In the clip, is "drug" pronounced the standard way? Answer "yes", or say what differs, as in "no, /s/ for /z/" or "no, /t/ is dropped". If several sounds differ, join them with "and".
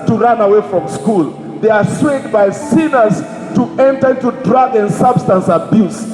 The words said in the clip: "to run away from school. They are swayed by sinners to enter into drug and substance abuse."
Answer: yes